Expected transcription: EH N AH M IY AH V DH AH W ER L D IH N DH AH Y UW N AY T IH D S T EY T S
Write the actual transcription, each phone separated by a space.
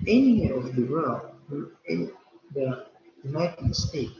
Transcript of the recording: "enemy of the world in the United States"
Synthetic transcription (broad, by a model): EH N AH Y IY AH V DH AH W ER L IH N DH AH Y UW N AY T IH D S T EY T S